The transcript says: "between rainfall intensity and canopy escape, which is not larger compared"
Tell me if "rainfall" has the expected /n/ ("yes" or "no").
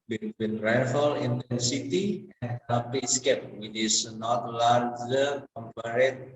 no